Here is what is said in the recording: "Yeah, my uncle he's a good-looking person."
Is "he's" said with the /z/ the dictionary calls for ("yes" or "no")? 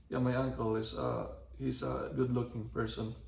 no